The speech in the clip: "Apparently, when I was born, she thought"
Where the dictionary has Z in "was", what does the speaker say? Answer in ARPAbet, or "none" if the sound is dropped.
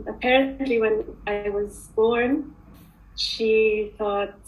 Z